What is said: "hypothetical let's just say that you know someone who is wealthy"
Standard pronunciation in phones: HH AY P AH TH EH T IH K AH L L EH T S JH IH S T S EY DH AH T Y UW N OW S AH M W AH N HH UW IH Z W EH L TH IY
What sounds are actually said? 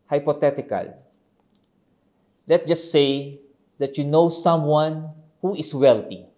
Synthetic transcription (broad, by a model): HH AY P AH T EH T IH K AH L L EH T JH IH S T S EY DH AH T Y UW N OW S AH M W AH N HH UW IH S W EH L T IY